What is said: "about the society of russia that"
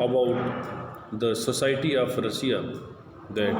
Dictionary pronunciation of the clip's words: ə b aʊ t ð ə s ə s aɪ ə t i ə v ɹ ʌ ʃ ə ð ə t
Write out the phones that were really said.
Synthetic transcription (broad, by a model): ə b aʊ t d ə s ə s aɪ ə t i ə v ɹ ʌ s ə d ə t